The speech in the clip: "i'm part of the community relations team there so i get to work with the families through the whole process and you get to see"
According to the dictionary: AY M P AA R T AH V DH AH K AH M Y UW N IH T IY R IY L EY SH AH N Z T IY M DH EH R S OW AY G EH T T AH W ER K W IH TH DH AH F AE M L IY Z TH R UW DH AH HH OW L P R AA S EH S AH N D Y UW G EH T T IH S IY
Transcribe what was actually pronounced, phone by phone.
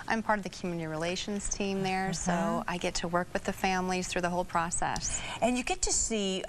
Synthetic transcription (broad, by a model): AY M P AA R T AH V DH AH K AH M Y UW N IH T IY R IY L EY SH AH N Z T IY M DH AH R S OW AY G EH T T AH W ER K W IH DH AH F AE M L IY Z TH R UW DH AH HH OW L P R AA S EH S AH N Y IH G EH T T IH S IY